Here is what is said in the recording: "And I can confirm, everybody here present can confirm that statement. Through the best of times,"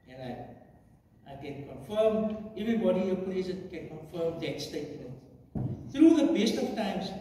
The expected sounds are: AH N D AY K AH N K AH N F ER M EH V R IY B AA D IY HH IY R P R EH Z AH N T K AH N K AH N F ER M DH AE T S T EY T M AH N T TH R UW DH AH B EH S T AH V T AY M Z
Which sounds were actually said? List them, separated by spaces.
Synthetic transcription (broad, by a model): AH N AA AY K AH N K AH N F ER M EH V R IY B AA D IY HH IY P L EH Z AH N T K AH N K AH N F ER M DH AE T S T EY T M AH N T TH R UW DH AH B EH S T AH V T AY M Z